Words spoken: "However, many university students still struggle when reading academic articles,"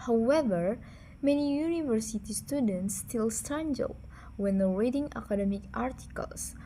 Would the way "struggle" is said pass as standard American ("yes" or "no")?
no